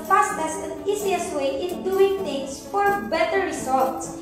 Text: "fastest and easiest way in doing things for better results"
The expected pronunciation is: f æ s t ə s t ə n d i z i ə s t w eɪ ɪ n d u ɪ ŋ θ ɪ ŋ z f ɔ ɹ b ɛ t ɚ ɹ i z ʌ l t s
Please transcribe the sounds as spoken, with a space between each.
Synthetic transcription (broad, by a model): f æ s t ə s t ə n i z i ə s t w eɪ ɪ n d u ɪ ŋ t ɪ ŋ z f ɔ ɹ b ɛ t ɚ ɹ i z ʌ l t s